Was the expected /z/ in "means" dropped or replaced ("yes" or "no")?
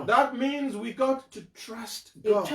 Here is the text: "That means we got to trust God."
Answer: no